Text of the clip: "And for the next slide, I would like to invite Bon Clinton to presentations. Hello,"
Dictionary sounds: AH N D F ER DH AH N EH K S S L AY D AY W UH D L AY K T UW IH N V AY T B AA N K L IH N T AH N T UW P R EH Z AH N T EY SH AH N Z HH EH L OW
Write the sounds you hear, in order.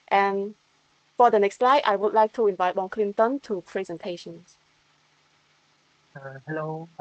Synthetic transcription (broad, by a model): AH N F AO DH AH N EH K S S L AY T AY W UH D L AY K T UW IH N V AY T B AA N K L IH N T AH N T UW P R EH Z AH N T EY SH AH N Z HH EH L OW